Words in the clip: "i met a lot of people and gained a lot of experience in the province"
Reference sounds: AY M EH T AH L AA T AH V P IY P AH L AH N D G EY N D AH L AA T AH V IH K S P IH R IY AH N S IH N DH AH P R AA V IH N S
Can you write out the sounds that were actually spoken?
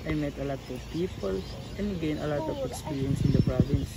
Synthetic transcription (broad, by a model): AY M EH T AH L AA T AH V P IY P AH L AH N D G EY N AH L AA T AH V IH K S P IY R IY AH N S IH N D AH P R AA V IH N S